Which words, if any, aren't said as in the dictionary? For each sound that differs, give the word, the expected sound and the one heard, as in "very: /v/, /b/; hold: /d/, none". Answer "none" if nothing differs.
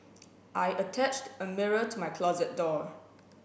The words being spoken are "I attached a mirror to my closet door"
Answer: none